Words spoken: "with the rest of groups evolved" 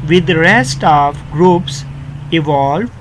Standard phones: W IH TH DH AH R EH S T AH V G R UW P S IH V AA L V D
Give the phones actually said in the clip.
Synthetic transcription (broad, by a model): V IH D R EH S T AH V G R UW P S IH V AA L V